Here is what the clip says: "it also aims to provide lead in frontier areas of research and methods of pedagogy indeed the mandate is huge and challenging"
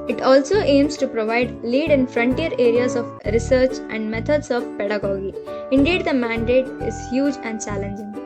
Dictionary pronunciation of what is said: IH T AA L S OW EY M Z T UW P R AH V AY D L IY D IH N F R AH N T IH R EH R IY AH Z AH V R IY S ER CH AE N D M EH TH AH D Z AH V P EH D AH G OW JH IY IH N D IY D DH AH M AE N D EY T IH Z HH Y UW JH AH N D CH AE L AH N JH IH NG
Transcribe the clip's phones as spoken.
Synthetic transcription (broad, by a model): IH T AA L S OW EY M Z T UW P R AH V AY D L IY D IH N F R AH N T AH R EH R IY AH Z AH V R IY S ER CH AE N D M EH T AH D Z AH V P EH D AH G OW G IY IH N D IY D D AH M AE N D EY T IH Z HH Y UW JH AH N D CH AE L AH N JH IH NG